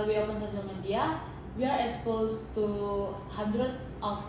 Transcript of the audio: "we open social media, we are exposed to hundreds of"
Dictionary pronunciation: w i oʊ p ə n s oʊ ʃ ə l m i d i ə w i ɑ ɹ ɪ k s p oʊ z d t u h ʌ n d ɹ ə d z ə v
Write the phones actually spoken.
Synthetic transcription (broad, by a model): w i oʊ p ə n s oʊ s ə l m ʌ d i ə w i ɑ ɹ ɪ k s p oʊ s t u h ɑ n d ɹ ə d s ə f